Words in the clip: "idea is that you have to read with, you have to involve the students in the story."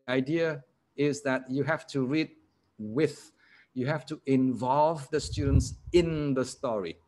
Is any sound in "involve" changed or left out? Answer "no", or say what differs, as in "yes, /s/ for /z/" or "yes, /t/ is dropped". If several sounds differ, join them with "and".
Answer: no